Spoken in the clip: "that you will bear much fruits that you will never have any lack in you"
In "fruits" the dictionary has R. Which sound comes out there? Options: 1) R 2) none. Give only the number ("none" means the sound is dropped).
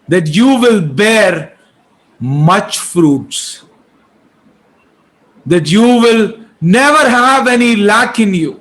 1